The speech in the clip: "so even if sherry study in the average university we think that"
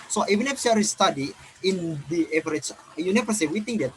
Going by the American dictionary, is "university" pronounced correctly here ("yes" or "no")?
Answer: no